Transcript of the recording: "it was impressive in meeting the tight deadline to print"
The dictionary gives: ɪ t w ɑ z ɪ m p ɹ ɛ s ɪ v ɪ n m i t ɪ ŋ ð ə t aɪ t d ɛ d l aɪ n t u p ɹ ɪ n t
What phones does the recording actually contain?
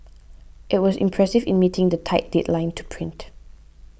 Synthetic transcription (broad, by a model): ɪ t w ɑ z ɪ m p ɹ ɛ s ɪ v ɪ n m i t ɪ ŋ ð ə t aɪ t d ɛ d l aɪ n t u p ɹ ɪ n t